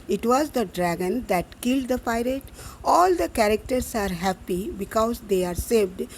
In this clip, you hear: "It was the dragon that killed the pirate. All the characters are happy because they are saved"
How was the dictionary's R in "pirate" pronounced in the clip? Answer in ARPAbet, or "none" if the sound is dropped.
R